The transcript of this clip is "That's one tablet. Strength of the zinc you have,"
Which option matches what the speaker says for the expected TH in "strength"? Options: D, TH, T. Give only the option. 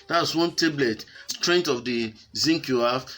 T